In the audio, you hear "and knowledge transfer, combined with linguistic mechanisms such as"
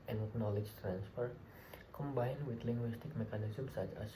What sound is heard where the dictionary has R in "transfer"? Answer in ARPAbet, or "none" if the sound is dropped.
R